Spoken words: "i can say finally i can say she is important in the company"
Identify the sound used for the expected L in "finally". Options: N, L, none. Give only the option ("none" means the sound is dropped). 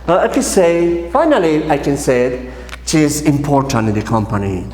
L